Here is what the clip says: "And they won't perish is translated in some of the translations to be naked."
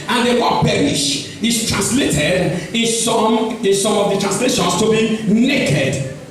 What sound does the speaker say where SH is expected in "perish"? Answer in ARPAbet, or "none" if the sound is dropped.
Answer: SH